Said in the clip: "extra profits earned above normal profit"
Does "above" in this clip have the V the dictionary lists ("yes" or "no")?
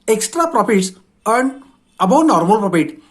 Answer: no